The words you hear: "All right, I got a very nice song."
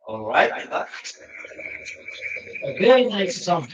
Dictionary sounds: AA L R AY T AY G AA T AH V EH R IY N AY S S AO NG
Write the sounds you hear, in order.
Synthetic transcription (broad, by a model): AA L R AY T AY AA AH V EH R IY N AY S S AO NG